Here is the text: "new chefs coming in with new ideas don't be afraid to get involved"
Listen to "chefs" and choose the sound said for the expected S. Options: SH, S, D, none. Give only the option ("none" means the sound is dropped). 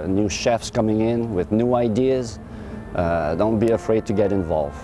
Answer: S